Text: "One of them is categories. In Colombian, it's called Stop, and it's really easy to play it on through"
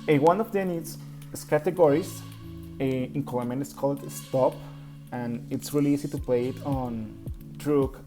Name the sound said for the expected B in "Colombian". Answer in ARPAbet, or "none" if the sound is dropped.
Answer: none